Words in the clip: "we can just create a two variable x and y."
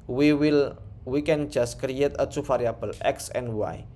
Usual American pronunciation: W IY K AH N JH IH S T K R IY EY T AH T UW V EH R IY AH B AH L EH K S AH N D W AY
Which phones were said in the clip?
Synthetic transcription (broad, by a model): W IY K AH N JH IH S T K R IY EY T AH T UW F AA R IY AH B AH L EH K S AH N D W AY